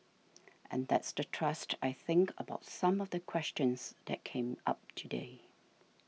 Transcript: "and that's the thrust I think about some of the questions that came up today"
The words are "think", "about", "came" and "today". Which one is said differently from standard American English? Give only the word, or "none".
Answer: none